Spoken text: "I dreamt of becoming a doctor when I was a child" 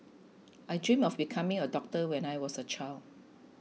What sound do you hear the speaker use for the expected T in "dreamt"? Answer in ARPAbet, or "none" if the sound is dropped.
none